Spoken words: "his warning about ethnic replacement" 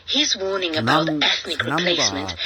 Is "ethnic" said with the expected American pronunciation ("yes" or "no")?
yes